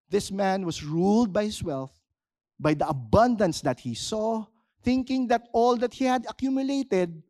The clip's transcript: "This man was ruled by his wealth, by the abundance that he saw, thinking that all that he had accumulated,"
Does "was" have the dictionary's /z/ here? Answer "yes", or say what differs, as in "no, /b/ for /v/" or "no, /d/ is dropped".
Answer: no, /s/ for /z/